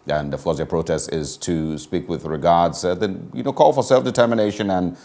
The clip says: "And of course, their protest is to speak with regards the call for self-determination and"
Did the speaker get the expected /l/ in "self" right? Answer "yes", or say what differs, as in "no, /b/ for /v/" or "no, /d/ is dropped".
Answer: yes